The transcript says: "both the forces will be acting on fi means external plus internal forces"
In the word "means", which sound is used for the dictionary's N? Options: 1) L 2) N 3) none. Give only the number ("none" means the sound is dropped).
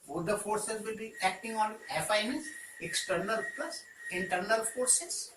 3